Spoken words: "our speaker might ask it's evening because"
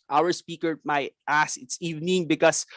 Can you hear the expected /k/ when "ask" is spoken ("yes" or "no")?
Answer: no